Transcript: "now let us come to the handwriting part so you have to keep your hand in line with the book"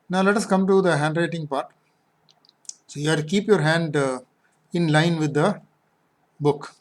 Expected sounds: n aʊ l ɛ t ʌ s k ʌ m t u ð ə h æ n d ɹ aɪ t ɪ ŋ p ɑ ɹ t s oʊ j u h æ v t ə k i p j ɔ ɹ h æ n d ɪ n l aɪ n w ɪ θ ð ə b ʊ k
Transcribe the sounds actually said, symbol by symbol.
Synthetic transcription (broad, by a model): n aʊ l ɛ t ʌ s k ʌ m t u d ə h æ n d ɹ aɪ t ɪ ŋ p ɑ ɹ t s oʊ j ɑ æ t k i p j ɔ ɹ h æ n d ɪ n l aɪ n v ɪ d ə b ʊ k